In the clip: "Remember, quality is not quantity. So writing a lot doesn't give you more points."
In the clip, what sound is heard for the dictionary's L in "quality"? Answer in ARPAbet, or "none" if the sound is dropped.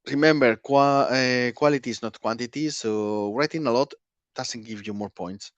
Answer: W